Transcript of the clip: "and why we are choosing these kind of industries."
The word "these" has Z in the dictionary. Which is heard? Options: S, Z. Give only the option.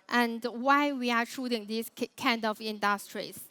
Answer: S